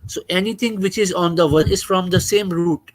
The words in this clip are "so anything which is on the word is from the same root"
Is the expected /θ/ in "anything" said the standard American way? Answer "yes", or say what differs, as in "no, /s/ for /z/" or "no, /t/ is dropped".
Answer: no, /t/ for /θ/